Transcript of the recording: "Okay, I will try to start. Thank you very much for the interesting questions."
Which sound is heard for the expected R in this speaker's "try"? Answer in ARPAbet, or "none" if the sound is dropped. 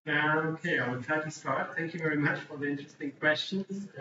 none